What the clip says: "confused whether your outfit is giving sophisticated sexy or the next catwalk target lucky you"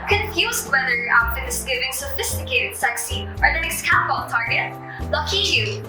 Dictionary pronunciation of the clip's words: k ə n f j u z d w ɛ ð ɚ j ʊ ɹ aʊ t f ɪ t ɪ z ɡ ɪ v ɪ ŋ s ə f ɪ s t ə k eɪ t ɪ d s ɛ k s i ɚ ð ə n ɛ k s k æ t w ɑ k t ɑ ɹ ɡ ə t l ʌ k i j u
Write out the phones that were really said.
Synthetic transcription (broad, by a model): k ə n f j u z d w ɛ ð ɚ ɹ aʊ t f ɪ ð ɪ s ɡ ɪ v ɪ ŋ s ə f ɪ s t ə k eɪ t ɪ d s ɛ k s i ɚ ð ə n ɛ s k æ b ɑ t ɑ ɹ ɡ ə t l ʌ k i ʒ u